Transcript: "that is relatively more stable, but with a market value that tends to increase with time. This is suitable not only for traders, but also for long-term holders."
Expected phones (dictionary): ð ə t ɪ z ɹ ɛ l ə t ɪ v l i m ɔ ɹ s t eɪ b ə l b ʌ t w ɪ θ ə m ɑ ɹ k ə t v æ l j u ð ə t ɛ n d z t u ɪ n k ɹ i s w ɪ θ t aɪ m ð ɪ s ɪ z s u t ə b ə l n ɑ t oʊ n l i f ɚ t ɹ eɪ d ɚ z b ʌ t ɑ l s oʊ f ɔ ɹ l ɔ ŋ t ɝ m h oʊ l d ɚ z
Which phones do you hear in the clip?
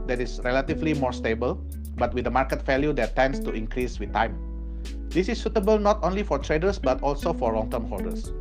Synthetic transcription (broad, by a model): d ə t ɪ s ɹ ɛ l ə t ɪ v l i m ɔ ɹ s t eɪ b ə l b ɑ t w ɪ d ə m ɑ ɹ k ə t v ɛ l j u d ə t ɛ n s t u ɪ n k ɹ i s w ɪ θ t aɪ m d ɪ s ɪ s u t ə b ə l n ɑ t oʊ n l i f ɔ t ɹ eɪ d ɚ s b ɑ t ɑ l s oʊ f ɔ ɹ l ɔ ŋ t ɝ m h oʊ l d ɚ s